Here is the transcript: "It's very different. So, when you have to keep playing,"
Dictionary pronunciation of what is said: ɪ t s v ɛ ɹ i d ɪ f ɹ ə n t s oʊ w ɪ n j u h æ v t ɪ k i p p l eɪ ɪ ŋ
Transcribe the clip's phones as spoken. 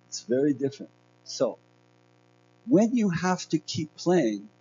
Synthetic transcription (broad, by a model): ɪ t s v ɛ ɹ i d ɪ f ɹ ə n t s oʊ w ɪ n j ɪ h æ f t ɪ k i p p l eɪ ɪ ŋ